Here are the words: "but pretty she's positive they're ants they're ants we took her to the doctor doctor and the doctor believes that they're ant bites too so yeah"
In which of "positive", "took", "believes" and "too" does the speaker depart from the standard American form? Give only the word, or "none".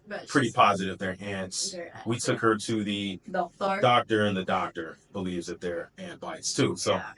none